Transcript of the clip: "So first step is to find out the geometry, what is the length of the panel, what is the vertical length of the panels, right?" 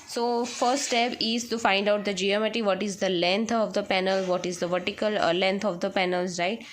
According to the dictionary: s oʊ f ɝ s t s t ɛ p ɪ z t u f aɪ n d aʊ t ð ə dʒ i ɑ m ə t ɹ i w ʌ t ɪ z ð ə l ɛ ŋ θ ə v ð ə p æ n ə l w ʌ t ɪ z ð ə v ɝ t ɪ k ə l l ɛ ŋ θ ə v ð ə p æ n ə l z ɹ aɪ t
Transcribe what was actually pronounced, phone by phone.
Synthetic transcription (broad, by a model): s oʊ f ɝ t s t ɛ p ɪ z t u f aɪ n d aʊ t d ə dʒ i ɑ m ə t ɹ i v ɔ t ɪ z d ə l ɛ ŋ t ə v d ə p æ n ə l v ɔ t ɪ z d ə v ɝ t ɪ k ə l l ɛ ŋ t ə v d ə p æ n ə l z ɹ aɪ t